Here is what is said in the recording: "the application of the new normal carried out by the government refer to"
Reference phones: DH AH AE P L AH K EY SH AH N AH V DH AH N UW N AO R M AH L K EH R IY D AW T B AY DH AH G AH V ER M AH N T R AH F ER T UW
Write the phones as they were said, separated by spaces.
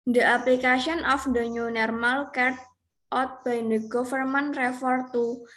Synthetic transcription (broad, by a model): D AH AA P L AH K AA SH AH N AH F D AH N UW N AO R M AH L K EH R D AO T B AY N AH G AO F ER M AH N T R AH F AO T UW